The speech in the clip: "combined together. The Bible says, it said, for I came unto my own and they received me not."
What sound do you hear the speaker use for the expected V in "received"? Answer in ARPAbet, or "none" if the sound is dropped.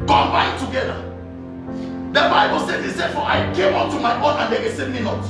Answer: none